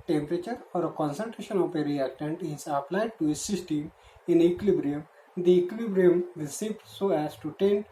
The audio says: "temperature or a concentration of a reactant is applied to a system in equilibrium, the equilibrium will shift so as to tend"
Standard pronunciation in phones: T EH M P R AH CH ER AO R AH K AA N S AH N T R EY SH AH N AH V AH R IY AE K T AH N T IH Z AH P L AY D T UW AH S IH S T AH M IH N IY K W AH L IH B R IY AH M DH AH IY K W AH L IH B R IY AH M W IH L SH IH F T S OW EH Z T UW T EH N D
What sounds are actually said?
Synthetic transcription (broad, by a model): T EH M P R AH CH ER AO R AH K AA N S AH N T R EY SH AH N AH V AH R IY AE K T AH N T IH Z AH P L AY D T UW AH S IH S T AH M IH N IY K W L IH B R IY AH M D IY K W L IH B R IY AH M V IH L S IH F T S OW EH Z T UW T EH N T